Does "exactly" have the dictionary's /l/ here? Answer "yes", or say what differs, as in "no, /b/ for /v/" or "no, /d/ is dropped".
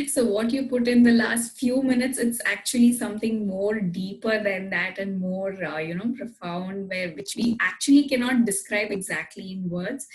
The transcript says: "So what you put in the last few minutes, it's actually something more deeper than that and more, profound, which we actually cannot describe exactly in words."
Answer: yes